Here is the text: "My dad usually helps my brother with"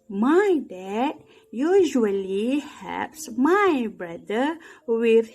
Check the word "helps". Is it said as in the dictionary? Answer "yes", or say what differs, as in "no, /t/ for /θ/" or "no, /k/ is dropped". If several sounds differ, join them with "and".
no, /l/ is dropped